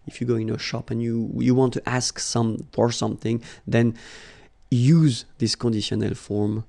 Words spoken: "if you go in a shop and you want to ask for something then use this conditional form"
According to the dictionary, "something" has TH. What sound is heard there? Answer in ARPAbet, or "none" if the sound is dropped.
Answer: TH